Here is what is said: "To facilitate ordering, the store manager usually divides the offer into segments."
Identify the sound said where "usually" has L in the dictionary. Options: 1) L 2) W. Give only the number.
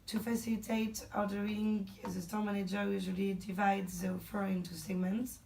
1